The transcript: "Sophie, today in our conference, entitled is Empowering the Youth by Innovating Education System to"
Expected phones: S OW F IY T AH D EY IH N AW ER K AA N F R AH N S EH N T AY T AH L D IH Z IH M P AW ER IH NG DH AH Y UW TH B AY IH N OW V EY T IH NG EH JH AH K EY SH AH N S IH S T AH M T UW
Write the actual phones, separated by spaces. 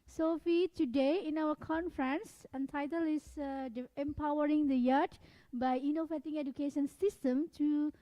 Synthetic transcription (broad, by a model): S OW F IY T AH D EY IH N AW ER K AA N F R AH N S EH N T AY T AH L IH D IH M P AW ER IH NG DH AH Y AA T B AY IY N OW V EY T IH NG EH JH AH K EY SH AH N S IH S T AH M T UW